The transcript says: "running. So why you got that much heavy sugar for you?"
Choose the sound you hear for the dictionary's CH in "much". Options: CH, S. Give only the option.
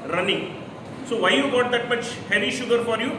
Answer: CH